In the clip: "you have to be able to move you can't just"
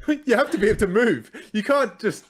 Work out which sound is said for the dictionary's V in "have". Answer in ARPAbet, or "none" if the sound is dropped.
F